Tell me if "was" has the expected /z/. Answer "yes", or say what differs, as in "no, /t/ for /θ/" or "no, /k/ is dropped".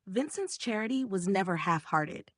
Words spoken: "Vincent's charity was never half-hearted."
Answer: yes